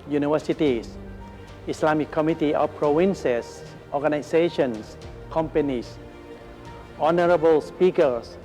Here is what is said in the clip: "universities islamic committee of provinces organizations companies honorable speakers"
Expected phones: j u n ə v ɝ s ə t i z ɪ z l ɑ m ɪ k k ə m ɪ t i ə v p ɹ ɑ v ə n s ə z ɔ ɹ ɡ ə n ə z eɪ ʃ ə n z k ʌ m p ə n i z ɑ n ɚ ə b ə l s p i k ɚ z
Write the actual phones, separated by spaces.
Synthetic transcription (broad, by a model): j u n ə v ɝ s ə t i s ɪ s l ɑ m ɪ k k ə m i t i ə p ɹ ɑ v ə n s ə s ɔ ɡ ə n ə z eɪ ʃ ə n s k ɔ m p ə n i s ɑ n ɚ ə b ə l s p i k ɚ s